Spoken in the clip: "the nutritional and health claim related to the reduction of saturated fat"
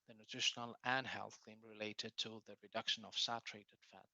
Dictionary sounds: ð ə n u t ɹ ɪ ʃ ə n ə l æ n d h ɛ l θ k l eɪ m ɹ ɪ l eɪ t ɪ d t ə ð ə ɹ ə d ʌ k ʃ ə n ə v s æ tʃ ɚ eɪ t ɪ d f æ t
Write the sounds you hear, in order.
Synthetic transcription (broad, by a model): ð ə n u t ɹ ɪ ʃ ə n ə l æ n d h ɛ l θ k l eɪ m ɹ ɪ l eɪ t ɪ d t ə ð ə ɹ ə d ʌ k ʃ ə n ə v s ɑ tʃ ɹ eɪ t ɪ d f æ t